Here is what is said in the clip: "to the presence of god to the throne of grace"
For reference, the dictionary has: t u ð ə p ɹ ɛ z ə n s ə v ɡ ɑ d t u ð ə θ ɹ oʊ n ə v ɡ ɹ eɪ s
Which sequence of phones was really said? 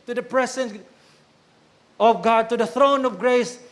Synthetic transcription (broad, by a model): t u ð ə p ɹ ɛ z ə n ə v ɡ ɑ d t u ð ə θ ɹ oʊ n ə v ɡ ɹ eɪ s